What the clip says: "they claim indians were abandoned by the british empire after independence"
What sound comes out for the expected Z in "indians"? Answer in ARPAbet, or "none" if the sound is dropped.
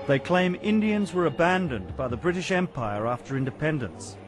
Z